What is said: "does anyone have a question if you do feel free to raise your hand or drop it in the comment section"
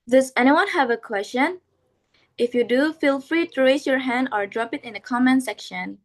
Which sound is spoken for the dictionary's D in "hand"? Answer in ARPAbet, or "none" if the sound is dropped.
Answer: D